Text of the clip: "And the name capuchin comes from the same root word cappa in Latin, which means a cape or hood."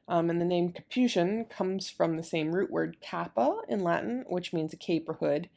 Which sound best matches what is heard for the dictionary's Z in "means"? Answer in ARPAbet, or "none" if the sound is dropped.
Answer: Z